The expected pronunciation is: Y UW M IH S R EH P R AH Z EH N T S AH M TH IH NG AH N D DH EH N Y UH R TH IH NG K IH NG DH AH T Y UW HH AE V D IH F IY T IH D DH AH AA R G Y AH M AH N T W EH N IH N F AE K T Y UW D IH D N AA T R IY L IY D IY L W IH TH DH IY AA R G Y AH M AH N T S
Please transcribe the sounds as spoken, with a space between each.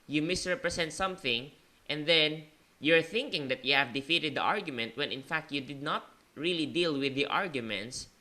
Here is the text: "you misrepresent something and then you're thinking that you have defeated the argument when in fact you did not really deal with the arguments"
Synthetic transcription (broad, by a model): Y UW M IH S R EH P R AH S EH N T S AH M TH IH NG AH N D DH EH N Y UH R TH IH NG K IH NG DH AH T Y UW HH AE V D IH F IY T IH D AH AA R G Y AH M AH N T W EH N IH N F AE K T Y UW D IH D N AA T R IY L IY D IY L W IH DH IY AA R G Y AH M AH N T S